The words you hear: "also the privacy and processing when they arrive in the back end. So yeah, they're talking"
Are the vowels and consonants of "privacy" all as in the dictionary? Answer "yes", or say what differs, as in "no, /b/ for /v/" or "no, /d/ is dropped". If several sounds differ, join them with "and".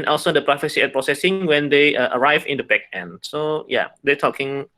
no, /f/ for /v/